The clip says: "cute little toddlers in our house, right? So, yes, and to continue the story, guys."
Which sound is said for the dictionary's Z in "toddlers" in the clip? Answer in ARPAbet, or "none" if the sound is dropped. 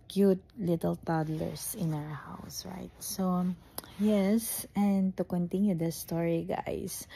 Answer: S